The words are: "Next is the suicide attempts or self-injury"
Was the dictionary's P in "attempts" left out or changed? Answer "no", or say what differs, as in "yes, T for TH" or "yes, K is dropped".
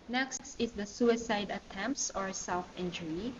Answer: no